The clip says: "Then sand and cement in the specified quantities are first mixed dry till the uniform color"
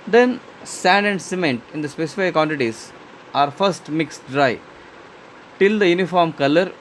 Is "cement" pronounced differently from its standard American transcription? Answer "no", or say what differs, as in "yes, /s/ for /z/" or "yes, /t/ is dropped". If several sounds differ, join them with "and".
no